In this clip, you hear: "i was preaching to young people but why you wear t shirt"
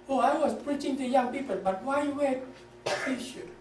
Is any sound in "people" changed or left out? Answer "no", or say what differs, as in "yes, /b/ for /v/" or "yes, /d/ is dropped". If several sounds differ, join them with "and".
no